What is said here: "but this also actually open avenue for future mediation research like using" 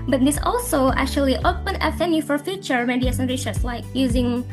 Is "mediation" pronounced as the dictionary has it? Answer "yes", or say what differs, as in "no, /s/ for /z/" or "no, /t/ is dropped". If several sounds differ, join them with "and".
no, /s/ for /ʃ/